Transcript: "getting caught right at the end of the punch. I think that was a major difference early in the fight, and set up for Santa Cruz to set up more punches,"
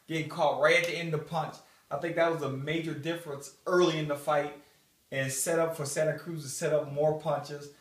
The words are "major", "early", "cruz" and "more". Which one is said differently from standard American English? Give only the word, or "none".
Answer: none